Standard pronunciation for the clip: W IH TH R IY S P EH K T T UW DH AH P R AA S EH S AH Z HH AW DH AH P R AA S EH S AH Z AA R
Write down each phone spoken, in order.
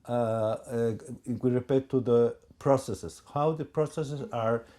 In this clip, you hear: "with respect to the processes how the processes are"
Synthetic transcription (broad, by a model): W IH R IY P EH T T UW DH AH P R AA S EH S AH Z HH AW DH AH P R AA S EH S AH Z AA R